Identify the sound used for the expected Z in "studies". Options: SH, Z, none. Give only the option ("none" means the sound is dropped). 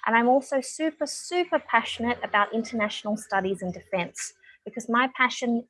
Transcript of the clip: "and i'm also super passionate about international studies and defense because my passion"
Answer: Z